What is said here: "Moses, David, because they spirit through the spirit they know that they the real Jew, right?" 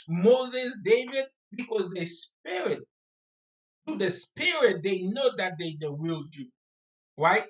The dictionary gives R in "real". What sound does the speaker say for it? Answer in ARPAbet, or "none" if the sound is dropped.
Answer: W